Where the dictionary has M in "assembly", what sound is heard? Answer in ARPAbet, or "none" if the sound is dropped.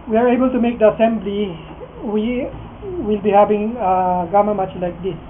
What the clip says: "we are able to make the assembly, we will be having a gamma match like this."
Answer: M